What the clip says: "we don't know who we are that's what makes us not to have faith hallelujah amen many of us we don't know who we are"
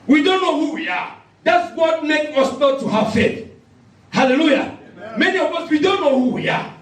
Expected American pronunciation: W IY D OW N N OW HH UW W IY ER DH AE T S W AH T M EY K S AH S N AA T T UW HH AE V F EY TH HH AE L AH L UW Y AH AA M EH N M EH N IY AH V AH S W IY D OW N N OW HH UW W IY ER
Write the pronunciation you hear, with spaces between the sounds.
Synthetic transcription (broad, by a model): W IY D OW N N OW HH UW W IY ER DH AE T S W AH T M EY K AH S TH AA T T UW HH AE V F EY T HH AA L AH L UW Y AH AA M M EH N IY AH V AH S W IY D OW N N OW HH UW W IY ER